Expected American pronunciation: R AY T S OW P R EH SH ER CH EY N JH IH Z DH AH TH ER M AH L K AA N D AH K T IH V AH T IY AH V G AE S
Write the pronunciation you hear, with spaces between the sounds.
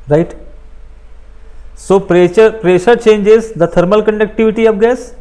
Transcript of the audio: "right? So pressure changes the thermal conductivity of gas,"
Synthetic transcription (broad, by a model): R AY T S OW P R EH SH ER CH EY N JH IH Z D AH T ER M AH L K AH N D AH K T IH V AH T IY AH P G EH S